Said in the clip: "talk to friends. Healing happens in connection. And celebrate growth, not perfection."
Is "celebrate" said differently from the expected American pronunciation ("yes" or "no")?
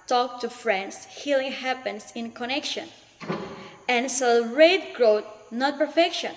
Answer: yes